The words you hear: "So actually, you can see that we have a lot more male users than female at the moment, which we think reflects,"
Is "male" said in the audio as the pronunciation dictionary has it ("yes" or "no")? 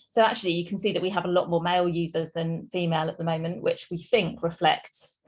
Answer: yes